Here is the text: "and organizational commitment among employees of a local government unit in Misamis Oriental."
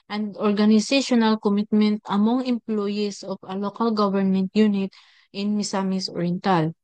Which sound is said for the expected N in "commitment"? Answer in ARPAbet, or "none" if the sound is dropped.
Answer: N